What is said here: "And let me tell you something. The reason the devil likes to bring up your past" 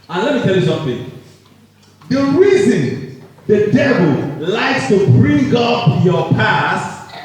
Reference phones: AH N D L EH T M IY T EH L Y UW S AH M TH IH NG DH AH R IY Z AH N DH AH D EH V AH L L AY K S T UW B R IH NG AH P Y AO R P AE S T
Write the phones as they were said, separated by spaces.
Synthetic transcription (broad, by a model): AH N L EH T M IY T EH L Y UW S AH M TH IH NG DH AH R IY Z AH N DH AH D EH V AH L L AY K S T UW B R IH NG AH P Y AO P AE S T